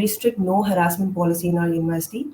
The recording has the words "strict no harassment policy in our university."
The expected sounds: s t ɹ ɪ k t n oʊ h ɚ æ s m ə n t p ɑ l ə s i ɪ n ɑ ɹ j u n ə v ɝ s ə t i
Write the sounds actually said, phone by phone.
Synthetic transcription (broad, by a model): s t ɹ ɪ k t n oʊ h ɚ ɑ s m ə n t p ɑ l ə s i ɪ n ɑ l j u n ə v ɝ s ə t i